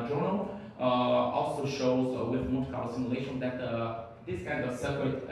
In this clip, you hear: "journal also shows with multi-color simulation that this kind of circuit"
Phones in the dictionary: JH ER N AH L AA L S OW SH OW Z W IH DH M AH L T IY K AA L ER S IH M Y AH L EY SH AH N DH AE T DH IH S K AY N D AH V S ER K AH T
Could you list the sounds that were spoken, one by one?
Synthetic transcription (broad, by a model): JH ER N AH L AA L S OW SH OW Z W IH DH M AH T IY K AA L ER S IH M Y AH L EY SH AH N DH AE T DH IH S K AY N D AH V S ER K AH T